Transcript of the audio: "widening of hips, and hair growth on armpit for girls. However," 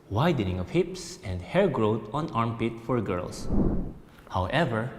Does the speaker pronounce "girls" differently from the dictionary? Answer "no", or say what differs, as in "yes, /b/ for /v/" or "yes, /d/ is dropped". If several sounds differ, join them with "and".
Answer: yes, /s/ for /z/